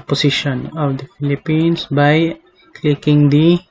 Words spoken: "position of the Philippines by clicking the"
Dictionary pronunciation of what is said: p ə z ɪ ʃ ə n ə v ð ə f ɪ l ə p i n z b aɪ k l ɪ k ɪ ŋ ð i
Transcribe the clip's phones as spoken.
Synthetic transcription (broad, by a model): p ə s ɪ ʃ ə n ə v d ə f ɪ l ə p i n s b aɪ k l ɪ k ɪ ŋ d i